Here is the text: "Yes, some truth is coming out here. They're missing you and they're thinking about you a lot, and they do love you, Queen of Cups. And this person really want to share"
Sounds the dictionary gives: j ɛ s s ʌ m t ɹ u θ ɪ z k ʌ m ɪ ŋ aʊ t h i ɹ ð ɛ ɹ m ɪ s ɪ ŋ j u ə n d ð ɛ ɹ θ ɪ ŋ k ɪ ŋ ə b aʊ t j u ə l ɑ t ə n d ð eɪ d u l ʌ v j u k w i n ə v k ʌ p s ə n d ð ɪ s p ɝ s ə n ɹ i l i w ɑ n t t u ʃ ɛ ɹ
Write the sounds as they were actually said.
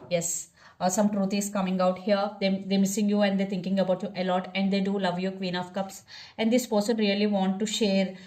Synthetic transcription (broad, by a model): j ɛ s s ʌ m t ɹ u t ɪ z k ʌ m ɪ ŋ aʊ t h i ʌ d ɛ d m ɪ s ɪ ŋ j u ə n d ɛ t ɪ ŋ k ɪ ŋ ə b aʊ t j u ə l ɑ t ə n d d eɪ d u l ʌ v j u k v i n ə f k ʌ p s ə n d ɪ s p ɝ s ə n ɹ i l i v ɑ n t t u ʃ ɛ ɹ